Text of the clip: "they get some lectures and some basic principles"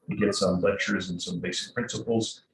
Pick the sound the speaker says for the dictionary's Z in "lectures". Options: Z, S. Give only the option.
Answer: Z